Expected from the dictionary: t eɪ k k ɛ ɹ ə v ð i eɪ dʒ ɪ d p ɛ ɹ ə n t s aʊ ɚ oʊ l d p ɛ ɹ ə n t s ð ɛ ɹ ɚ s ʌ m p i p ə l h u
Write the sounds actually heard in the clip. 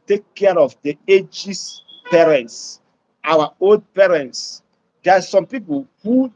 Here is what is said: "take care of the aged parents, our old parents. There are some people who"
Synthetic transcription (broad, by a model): t eɪ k k ɛ ɹ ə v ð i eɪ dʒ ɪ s p ɛ ɹ ə n t s aʊ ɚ oʊ l d p ɛ ɹ ə n t s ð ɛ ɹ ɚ s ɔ m p i p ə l h u